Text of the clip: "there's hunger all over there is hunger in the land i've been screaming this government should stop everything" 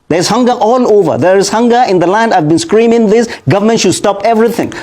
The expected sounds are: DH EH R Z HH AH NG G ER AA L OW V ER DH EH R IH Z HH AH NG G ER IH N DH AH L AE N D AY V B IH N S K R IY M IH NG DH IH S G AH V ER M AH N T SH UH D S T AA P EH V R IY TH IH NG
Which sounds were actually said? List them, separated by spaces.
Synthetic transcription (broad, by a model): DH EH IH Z HH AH NG G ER AA L OW V ER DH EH R IH Z HH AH NG G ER IH N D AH L AE N D AY V B IH N S K R IY M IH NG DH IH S G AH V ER M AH N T SH UH D S T AA P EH V R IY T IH NG